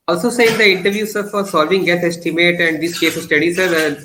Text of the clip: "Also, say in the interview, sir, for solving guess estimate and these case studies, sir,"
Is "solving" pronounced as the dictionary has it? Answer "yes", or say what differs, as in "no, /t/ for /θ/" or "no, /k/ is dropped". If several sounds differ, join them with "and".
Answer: yes